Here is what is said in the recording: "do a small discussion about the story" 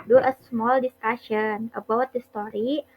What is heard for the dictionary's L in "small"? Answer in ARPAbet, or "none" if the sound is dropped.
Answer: L